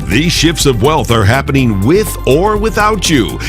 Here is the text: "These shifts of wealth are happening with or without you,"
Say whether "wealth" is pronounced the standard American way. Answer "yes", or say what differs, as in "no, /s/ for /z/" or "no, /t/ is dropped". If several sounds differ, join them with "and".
yes